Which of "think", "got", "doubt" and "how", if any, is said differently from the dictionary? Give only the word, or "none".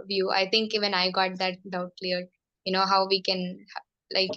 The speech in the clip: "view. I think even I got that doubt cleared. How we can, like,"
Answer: think